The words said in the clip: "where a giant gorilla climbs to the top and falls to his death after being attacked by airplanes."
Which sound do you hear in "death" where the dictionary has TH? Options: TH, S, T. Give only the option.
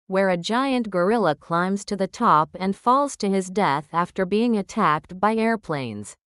TH